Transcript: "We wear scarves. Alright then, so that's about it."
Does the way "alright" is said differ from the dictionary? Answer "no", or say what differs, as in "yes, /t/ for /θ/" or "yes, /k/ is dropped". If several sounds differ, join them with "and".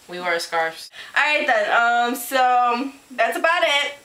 yes, /l/ is dropped